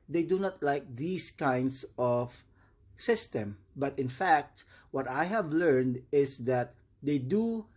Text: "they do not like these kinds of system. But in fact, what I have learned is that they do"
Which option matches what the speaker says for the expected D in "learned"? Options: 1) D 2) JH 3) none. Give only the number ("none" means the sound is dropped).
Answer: 1